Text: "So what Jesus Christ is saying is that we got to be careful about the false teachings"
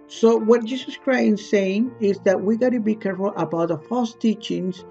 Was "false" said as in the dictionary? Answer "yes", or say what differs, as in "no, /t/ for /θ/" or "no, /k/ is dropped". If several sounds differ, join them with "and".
yes